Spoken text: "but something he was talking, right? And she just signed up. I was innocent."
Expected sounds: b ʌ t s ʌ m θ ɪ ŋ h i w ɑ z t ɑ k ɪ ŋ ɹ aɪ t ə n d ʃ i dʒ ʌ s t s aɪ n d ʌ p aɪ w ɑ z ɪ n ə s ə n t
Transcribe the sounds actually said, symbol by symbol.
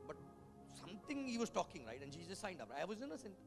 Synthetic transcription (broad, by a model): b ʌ t s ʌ m t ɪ ŋ h i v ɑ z t ɑ k ɪ ŋ ɹ aɪ t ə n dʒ i z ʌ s s aɪ n d ʌ p aɪ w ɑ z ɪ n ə s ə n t